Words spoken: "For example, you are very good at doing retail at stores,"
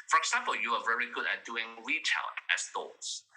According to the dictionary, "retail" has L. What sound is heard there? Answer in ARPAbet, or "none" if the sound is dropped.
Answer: N